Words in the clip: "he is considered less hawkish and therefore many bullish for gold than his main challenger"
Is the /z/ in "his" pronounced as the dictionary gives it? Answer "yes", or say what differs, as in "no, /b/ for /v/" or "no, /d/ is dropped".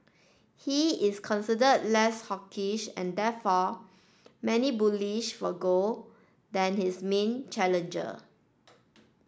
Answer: no, /s/ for /z/